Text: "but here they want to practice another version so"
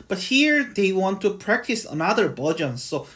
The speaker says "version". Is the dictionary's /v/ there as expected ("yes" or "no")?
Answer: no